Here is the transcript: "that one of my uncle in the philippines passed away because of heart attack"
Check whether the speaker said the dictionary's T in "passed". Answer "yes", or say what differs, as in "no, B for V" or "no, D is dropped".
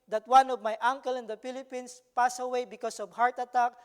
no, T is dropped